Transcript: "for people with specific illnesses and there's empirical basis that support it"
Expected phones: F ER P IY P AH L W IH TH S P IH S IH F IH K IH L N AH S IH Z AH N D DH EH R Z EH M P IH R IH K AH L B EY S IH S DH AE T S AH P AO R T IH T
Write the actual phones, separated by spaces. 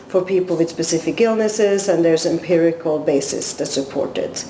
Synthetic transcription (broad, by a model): F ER P IY P L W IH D S P IH S IH F IH K IH L N AH S IH Z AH N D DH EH R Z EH M P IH R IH K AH L B EY S IH S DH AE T S AH P AO R T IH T